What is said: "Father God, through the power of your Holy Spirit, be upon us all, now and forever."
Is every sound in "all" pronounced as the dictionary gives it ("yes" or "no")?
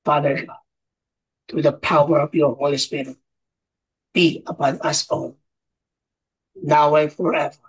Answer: no